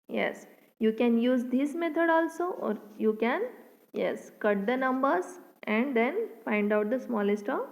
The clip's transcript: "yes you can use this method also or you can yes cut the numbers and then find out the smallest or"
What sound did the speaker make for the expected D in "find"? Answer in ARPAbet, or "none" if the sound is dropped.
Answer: D